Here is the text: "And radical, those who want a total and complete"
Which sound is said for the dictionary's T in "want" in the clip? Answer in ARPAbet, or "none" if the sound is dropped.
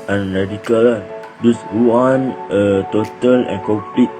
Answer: none